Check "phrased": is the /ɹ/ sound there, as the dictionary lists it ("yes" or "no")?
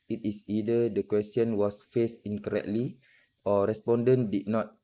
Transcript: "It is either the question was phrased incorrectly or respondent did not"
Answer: no